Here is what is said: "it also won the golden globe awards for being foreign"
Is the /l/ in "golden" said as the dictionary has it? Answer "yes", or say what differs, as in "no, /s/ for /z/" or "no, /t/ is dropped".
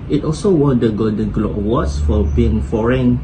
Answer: no, /l/ is dropped